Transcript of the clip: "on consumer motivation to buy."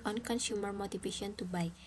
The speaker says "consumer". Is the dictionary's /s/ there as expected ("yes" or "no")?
no